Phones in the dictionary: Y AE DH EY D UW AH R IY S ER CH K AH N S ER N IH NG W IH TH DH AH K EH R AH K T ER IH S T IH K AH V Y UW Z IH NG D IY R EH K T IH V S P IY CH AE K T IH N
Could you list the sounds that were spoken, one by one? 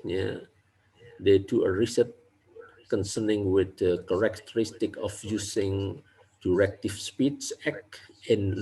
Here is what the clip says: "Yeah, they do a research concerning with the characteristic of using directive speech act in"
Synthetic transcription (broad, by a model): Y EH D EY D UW AH R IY S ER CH K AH N S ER N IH NG W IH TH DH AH K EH R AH K T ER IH S T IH K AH F Y UW S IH NG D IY R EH K T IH F S P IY S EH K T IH N